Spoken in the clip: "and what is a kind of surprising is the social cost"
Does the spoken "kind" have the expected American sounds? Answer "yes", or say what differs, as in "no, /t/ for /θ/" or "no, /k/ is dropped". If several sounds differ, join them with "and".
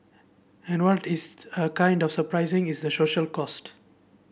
yes